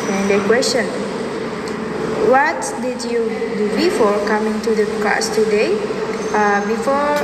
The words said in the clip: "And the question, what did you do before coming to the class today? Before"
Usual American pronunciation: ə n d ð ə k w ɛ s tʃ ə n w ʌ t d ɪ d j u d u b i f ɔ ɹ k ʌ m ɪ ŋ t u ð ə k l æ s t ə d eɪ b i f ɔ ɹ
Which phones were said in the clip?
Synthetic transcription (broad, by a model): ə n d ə k w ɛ s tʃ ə n w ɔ t d ɪ d j u d u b i f ɔ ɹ k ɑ m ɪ ŋ t u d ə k ɑ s t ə d eɪ b i f ɔ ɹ